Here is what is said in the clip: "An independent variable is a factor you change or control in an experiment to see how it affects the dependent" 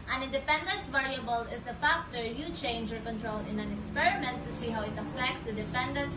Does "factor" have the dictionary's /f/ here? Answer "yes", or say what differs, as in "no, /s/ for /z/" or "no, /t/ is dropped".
yes